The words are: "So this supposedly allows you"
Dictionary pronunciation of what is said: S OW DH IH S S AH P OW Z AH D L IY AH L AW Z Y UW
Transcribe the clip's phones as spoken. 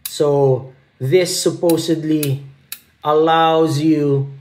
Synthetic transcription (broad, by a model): S OW DH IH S S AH P OW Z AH D L IY AH L AW Z Y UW